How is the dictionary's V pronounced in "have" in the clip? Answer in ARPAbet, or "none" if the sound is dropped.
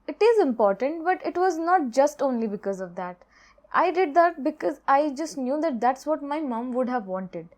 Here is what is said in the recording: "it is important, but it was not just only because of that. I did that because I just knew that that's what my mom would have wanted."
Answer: V